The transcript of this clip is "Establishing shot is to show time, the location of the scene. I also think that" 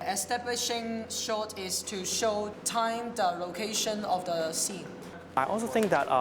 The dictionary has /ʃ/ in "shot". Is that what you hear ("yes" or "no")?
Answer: yes